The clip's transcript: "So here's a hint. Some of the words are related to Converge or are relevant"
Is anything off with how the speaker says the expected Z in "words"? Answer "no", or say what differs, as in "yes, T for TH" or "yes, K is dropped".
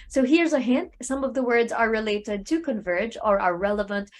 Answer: no